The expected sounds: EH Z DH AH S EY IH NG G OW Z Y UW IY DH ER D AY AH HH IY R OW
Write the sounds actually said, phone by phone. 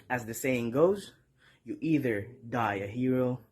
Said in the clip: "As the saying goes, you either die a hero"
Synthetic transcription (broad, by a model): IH Z DH AH S EY IH NG G OW Z Y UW IY DH ER D AY AH HH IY R OW